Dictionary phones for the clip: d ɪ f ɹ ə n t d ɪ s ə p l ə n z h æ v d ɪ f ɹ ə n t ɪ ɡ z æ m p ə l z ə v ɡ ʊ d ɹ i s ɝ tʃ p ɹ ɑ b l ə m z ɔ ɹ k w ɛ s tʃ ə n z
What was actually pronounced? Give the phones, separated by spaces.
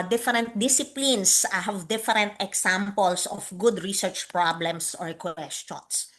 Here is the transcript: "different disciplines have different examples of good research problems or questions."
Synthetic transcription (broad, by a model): d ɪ f ɹ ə n t d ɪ s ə p l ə n s h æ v d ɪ f ɹ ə n t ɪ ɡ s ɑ m p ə l s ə f ɡ ʊ d ɹ i s ɝ tʃ p ɹ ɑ b l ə m s ɔ ɹ k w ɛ s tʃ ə n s